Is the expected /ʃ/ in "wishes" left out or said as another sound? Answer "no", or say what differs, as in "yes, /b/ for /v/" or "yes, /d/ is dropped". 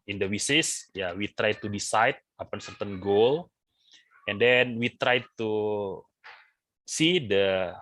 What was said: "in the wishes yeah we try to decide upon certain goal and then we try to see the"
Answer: yes, /s/ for /ʃ/